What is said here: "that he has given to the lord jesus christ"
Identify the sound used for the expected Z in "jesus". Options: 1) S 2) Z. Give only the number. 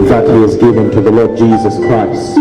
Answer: 2